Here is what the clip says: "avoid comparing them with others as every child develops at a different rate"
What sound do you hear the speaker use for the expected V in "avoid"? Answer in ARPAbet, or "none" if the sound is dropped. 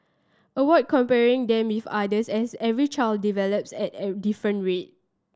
W